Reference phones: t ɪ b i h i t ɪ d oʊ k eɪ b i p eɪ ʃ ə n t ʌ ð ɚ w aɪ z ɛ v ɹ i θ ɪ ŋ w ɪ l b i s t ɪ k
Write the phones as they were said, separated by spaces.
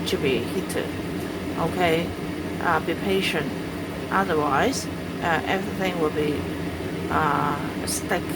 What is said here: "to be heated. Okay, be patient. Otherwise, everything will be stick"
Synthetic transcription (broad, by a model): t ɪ b i h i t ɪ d oʊ k eɪ b i p eɪ ʃ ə n t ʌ ð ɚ w aɪ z ɛ v ɹ i θ ɪ ŋ w ɪ l b i s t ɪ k